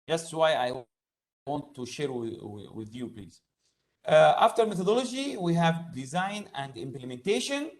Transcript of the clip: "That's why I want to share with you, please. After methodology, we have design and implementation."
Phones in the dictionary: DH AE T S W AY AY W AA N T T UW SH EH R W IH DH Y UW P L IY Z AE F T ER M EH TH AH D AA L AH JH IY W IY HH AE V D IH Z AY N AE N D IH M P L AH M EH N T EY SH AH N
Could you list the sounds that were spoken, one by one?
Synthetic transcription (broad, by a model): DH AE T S W AY AY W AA N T T UW SH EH R W IH DH Y UW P L IY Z AE F T ER M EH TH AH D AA L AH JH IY W IY HH AE V D IH Z AY N AE N D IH M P L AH M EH N T EY SH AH N